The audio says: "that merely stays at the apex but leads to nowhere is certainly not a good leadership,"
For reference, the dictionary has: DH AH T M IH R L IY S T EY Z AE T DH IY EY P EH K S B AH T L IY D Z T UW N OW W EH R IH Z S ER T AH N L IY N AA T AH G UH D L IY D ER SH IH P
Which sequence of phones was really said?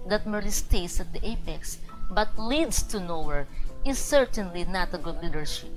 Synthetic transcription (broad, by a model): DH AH T M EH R IY S T EY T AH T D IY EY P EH K S B AH T L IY D S T UW N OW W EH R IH S ER T AH N L IY N AA T AH G UH D L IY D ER SH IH P